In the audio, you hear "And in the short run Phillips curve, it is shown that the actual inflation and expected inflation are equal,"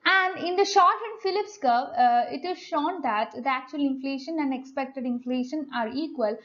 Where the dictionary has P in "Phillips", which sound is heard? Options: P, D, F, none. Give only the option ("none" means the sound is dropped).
P